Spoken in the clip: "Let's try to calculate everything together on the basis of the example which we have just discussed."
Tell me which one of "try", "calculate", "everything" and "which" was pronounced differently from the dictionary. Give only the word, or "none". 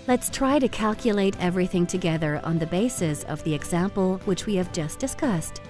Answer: none